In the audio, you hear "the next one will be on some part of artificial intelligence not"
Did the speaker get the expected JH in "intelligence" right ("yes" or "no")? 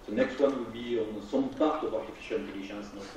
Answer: no